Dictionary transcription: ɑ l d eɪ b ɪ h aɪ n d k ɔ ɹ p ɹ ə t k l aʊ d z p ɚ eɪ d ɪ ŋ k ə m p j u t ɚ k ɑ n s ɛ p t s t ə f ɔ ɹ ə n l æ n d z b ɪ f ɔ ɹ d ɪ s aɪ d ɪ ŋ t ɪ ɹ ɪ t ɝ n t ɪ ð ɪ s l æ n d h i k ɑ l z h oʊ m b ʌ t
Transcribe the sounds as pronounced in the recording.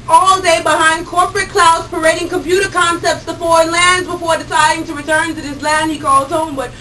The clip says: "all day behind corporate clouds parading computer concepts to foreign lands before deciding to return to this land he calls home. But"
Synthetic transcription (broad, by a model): ɑ l d eɪ b ɪ h aɪ n d k ɔ ɹ p ɹ ə t k l aʊ d z p ɚ eɪ d ɪ ŋ k ə m p j u t ɚ k ɑ n s ɛ p t s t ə f ɔ ɹ ə n l æ n d z b ɪ f ɔ ɹ d ɪ s aɪ d ɪ ŋ t ɪ ɹ ɪ t ɝ n t ɪ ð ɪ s l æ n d h i k ɑ l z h oʊ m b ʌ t